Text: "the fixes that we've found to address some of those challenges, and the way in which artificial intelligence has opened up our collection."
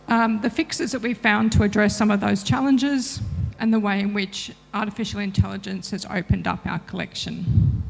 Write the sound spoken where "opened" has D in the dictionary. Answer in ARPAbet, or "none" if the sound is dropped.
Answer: D